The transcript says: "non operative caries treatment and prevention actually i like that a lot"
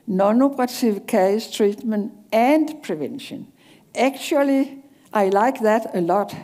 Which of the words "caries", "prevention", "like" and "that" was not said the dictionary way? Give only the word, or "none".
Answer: caries